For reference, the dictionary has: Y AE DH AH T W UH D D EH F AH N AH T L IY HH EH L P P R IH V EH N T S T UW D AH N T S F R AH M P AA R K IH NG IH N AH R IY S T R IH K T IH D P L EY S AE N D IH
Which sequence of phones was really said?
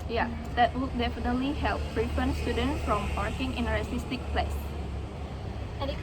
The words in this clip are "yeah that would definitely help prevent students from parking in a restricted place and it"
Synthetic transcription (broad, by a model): Y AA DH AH T W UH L D EH F AH N AH T L IY HH EH L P P R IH F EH N S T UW D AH N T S F R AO M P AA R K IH NG IH N AH R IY S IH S T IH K P L EY S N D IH